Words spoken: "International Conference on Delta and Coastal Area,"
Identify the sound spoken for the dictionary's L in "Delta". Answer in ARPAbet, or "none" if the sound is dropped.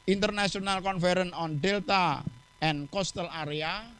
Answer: L